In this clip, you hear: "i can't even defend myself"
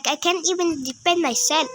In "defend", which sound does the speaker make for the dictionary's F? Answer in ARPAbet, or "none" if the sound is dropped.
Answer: P